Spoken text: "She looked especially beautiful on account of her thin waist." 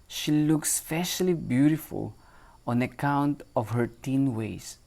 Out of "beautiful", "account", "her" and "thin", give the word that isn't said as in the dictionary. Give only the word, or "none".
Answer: thin